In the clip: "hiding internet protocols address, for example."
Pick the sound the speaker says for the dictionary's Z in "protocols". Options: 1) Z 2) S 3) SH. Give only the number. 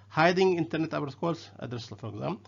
2